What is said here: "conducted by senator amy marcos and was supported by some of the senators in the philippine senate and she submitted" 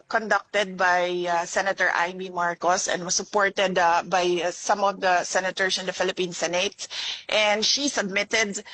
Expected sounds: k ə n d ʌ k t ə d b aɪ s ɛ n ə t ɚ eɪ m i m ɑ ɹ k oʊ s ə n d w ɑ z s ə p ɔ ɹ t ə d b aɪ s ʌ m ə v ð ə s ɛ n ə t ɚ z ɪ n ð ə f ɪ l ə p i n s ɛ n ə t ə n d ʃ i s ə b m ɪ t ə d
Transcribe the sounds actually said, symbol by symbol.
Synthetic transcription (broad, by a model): k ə n d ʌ k t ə d b aɪ s ɛ n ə t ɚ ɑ m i m ɑ ɹ k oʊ s ə n d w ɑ s ə p ɔ ɹ t ə d b aɪ s ʌ m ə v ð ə s ɛ n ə t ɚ s ɪ n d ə f ɪ l ə p i n s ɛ n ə t ə n d ʃ i s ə b m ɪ t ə d